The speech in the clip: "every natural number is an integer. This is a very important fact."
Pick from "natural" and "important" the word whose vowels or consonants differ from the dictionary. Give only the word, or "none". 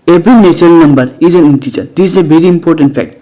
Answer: natural